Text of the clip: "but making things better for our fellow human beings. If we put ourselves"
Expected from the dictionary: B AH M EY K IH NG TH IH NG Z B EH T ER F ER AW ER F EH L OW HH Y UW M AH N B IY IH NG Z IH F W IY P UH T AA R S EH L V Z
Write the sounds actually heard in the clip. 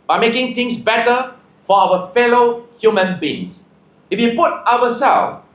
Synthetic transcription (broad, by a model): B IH M EY K IH NG T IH NG S B EH T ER F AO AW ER F EH L OW HH Y UW M AH N B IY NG S IH F W IY P UH T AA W S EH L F